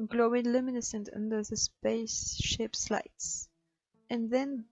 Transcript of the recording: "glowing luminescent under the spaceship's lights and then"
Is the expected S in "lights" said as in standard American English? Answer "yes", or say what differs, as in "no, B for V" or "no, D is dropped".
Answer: yes